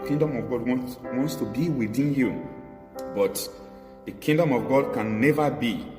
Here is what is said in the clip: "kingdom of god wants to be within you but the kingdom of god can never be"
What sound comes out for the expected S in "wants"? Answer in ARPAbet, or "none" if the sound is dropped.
S